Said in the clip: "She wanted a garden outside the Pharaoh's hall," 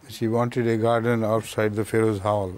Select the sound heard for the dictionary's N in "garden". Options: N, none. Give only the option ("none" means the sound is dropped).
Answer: N